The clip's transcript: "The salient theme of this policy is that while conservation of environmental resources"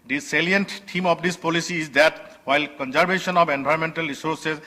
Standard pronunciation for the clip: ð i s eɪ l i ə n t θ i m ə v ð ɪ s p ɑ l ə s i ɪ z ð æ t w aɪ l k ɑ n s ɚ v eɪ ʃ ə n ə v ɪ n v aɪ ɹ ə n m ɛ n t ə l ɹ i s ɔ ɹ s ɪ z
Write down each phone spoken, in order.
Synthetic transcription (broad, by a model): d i s eɪ l i ə n t t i m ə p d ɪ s p ɑ l ə s i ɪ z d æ t w aɪ l k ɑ n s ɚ b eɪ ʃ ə n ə p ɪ n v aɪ ə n m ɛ n t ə l ɹ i s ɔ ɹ s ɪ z